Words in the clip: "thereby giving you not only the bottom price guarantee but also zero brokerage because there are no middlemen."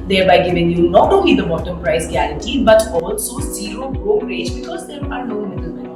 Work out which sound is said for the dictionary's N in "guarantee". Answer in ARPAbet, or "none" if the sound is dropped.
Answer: none